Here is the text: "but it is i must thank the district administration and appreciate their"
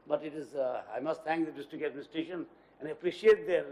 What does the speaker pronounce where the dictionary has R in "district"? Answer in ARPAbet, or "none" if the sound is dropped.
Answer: none